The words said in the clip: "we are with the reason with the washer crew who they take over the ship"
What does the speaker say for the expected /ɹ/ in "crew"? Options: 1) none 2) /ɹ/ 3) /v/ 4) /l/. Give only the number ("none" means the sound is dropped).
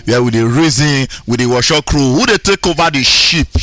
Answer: 2